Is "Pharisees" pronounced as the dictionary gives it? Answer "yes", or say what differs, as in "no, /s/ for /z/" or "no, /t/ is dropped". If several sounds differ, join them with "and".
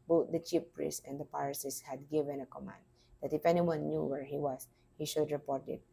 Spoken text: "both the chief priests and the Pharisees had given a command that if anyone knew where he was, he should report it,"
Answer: no, /p/ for /f/ and /s/ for /z/